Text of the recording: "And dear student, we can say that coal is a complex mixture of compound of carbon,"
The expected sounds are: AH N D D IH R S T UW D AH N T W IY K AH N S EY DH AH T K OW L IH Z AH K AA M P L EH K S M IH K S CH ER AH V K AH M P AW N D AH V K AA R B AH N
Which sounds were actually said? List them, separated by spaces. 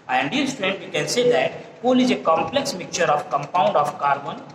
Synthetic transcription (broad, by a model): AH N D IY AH L S T UW D AH N T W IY K AH N S EY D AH T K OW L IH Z AH K AA M P L EH K S M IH K CH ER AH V K AH M P AW N D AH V K AA R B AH N